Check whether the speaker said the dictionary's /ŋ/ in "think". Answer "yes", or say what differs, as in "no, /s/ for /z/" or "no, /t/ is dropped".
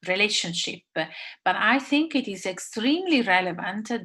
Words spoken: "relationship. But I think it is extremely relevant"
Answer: yes